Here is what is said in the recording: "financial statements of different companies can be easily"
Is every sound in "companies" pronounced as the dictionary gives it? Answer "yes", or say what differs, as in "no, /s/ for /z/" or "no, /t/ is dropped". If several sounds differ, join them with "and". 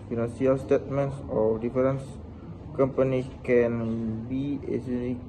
no, /z/ is dropped